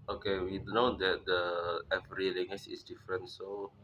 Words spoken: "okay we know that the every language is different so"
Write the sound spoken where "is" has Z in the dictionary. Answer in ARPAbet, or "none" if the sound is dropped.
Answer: S